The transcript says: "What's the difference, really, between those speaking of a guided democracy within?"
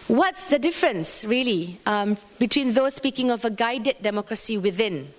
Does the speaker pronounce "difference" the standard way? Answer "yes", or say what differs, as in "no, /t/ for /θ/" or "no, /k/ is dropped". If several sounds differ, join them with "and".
yes